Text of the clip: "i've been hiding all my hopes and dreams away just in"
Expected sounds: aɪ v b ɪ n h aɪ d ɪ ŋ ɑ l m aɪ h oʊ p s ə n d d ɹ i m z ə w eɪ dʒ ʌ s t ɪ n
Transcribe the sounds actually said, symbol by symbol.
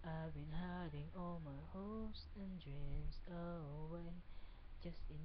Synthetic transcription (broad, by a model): aɪ b ɪ n h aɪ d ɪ ŋ ɑ l m aɪ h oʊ s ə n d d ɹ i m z ə w eɪ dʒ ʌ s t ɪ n